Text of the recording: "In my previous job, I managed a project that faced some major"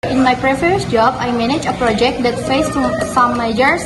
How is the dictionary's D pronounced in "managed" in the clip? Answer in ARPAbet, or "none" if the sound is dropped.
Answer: none